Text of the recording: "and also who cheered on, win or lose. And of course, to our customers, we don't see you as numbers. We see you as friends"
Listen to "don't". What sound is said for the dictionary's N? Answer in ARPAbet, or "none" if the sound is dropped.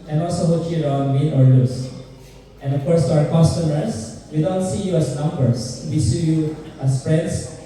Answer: N